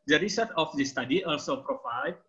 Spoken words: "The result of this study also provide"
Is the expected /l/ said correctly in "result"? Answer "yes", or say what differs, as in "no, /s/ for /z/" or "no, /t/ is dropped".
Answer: no, /l/ is dropped